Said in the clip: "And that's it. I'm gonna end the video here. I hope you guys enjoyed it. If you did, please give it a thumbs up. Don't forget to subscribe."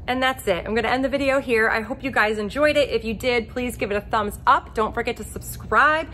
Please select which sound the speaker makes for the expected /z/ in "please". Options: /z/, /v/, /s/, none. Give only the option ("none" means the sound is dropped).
/z/